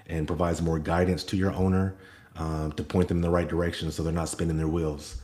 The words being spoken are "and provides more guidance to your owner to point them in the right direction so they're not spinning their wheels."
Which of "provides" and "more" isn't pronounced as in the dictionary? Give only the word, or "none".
none